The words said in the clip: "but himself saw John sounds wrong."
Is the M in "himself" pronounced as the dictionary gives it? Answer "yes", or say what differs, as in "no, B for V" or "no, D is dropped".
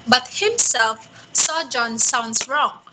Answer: yes